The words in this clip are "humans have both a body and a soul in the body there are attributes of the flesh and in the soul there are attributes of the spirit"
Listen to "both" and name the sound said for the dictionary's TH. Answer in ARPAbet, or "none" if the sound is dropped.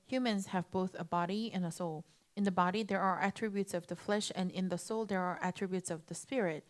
TH